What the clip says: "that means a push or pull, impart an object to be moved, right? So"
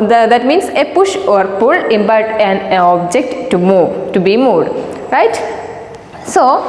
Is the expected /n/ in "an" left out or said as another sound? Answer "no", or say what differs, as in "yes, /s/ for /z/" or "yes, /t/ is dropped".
no